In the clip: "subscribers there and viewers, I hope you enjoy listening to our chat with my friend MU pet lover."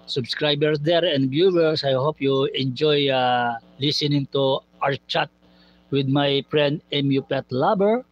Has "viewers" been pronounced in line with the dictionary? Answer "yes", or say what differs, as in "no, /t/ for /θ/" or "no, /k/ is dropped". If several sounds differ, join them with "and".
no, /b/ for /v/ and /s/ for /z/